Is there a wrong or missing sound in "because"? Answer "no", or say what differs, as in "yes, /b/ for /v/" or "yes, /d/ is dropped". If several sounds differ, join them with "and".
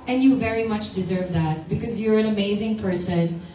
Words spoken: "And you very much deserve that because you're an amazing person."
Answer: no